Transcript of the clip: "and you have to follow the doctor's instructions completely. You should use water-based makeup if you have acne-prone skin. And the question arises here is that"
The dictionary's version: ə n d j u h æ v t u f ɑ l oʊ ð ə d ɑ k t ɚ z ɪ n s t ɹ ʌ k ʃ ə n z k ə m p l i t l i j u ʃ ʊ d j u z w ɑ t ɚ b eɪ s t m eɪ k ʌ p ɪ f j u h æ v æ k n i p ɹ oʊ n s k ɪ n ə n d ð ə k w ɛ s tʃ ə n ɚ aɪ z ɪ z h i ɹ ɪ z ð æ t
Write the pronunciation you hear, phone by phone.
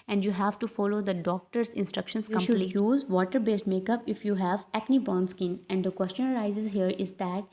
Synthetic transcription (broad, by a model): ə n d j u h æ v t u f ɑ l oʊ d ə d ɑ k t ɚ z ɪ n s t ɹ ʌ k ʃ ə n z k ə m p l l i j j u z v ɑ t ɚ b eɪ s t m eɪ k ʌ p ɪ f j u h æ v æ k n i b ɹ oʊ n s k ɪ n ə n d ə k w ɛ s tʃ ə n ɚ aɪ z ɪ z h i ɹ ɪ z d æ t